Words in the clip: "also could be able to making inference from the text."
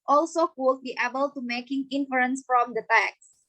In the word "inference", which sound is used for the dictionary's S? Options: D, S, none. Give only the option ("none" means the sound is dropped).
S